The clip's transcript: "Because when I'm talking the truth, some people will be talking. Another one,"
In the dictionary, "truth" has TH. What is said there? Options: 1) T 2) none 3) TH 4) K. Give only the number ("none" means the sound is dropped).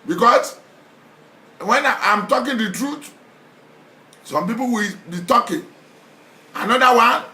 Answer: 1